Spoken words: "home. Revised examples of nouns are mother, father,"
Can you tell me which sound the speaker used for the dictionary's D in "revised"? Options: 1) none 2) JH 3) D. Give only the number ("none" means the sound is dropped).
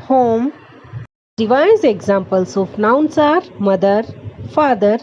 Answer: 1